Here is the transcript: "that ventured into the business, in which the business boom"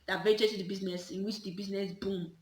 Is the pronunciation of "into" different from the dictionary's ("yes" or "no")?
yes